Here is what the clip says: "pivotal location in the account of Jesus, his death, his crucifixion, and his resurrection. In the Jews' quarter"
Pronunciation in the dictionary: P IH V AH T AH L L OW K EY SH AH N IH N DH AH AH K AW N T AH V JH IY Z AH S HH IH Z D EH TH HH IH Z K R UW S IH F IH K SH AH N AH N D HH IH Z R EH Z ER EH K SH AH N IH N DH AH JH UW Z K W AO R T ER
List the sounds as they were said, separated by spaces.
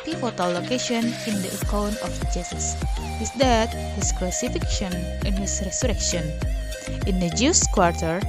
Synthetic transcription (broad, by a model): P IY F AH T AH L L OW K EY SH AH N IH N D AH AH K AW N AH F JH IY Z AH S HH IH S D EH T HH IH S K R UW S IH F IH K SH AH N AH N HH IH S R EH S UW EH K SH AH N IH N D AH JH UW S K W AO R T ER